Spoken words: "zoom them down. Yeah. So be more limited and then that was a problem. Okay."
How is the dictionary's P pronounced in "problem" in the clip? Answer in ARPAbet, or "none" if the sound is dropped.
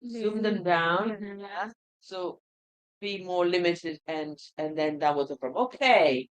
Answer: F